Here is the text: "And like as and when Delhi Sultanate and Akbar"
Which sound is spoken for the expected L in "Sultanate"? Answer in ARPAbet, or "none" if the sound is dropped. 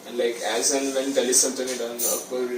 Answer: N